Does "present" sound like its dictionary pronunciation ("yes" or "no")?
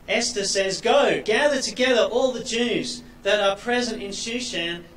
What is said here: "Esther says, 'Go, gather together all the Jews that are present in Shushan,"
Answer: yes